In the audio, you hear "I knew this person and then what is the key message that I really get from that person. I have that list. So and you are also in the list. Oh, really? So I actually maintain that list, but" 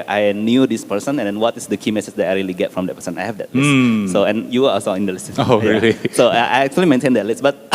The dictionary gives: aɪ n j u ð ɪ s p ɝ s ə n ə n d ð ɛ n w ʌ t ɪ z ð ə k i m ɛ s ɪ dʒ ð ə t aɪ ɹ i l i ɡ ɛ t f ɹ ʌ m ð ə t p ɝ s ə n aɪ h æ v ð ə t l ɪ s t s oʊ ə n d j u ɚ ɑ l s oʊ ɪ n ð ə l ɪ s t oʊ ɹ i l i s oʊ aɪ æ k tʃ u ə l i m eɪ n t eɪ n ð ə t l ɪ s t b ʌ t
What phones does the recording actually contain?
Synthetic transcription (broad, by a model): aɪ n j u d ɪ s p ɝ s ə n ə n d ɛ n w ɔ t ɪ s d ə k i m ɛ s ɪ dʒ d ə t aɪ ɹ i l i ɡ ɛ t f ɹ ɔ m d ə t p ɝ s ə n aɪ h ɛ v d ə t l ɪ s s oʊ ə n j u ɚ ɑ l s oʊ ɪ n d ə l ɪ s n oʊ ɹ i l i s oʊ aɪ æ k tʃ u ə l i m eɪ n t eɪ n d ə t l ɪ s b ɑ t